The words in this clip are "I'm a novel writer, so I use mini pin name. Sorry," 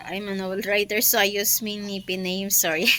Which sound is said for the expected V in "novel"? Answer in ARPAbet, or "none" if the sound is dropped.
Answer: B